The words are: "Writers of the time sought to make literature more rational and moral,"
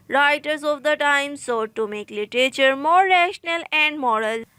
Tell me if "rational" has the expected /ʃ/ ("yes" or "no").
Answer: yes